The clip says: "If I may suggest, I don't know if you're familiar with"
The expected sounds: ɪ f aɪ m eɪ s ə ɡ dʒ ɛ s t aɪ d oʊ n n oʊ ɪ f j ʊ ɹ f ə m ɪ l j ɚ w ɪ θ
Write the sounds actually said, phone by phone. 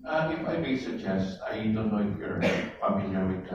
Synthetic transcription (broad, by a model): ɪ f aɪ m eɪ s ə ɡ dʒ ɛ s t aɪ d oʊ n n oʊ ɪ f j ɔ ɹ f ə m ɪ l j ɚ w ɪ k